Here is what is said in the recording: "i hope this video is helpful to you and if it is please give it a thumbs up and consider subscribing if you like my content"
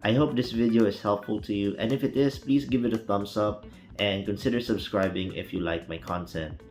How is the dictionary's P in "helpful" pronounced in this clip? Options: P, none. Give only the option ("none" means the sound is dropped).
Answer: P